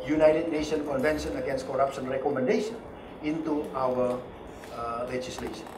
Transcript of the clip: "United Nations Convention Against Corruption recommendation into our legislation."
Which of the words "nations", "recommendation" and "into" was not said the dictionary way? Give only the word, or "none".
nations